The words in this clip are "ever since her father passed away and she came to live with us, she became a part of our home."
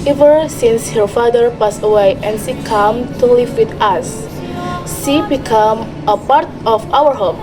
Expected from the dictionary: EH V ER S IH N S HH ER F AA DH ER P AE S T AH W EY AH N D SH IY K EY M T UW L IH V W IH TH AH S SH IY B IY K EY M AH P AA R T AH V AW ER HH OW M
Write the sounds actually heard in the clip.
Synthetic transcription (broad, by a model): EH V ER S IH N S HH ER F AA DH ER P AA S AH W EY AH N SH IY K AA M T UW L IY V W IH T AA S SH IY B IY K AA M AH P AA R T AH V AW ER HH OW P